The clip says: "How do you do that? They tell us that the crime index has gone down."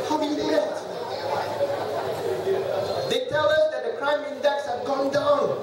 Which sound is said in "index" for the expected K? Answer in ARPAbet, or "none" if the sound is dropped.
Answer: K